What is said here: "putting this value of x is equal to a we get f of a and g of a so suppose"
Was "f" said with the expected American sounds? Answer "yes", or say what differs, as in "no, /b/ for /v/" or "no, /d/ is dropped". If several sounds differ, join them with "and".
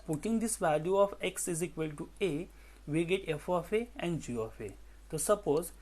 yes